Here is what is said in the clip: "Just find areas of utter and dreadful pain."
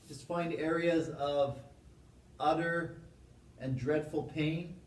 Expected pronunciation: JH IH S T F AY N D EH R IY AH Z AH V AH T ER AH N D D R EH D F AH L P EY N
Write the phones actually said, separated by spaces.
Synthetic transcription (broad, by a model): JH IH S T F AY N D EH R IY AH Z AH V AH T ER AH N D D R EH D F L P EY N